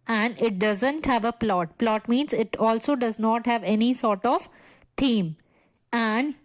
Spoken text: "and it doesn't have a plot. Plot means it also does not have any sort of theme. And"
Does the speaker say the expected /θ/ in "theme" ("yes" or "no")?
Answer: no